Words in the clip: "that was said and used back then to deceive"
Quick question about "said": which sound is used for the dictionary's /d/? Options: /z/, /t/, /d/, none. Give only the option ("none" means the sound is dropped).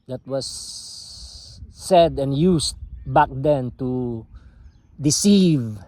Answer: /d/